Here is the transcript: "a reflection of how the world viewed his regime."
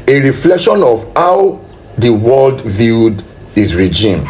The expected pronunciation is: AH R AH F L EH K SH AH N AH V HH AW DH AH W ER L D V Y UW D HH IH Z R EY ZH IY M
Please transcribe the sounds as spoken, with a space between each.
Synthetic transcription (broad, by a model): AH R AH F L EH K SH AH N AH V HH AW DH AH W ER L D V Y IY D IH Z R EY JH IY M